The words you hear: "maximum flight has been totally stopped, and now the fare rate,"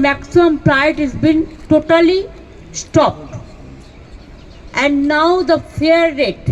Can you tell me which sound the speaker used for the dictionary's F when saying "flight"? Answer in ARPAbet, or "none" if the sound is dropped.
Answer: P